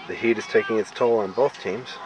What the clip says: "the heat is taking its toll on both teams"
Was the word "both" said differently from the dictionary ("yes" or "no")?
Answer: no